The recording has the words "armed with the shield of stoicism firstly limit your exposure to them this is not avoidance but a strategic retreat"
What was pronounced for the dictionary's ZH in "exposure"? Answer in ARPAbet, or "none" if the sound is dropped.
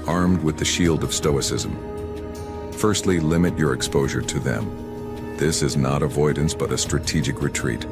ZH